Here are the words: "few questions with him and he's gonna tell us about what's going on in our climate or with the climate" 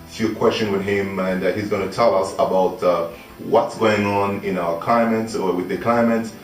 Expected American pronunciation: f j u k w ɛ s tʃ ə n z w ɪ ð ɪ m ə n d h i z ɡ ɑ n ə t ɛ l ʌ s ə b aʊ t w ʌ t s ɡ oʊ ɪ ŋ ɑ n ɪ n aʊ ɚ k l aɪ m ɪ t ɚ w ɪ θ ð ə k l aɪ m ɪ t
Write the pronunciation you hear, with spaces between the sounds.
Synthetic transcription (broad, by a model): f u k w ɛ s tʃ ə n w ɪ ð ɪ m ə n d h i z ɡ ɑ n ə t ɛ l ʌ s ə b aʊ t w ʌ t s ɡ oʊ ɪ ŋ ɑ n ɪ n aʊ ɚ k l aɪ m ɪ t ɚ w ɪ ð ə k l aɪ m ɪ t